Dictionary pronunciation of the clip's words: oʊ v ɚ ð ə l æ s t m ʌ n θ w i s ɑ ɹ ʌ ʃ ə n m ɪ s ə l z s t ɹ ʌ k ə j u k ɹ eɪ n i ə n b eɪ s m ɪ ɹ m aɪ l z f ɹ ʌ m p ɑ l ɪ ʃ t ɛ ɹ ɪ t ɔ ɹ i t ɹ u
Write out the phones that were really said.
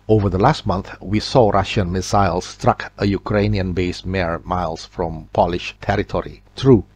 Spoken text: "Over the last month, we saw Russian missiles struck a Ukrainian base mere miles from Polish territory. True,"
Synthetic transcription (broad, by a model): oʊ v ɚ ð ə l æ s t m ʌ n θ w i s ɑ ɹ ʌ ʃ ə n m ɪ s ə l s t ɹ ʌ k ə j u k ɹ eɪ n i ə n b eɪ s m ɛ ɹ m aɪ l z f ɹ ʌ m p ɑ l ɪ ʃ t ɛ ɹ ɪ t ɔ ɹ i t ɹ u